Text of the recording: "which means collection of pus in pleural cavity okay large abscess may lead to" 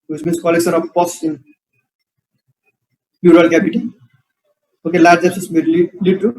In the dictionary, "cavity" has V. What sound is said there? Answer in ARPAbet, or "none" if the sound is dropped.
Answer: P